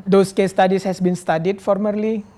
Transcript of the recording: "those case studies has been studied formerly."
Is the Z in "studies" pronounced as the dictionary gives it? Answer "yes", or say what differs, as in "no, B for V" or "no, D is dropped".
no, S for Z